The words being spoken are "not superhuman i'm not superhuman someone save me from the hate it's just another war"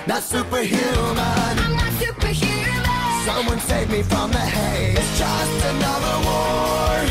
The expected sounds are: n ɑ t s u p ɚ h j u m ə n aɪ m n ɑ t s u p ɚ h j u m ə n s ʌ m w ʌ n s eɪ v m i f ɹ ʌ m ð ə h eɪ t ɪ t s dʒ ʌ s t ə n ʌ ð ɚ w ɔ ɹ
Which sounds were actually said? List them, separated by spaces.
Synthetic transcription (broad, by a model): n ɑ t s u p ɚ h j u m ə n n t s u p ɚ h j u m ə s ʌ m w ʌ n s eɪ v m i f ɹ ʌ m ð ə h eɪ ɪ t s dʒ ʌ s t ə n ʌ ð ɚ w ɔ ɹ